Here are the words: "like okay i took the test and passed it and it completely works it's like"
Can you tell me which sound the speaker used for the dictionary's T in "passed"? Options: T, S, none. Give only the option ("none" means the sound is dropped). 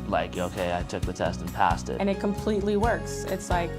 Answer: T